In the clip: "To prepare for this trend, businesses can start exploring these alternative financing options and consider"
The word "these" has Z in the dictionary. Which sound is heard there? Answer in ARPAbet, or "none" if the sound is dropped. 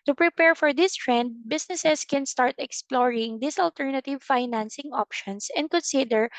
S